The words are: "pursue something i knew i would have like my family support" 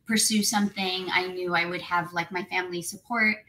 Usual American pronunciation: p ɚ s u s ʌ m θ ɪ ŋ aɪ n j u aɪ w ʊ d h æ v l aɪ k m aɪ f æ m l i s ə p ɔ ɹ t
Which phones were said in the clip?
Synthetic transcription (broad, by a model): p ɚ s u s ʌ m θ ɪ ŋ aɪ n j u aɪ w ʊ d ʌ v l aɪ k m aɪ f æ m l i s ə p ɔ ɹ t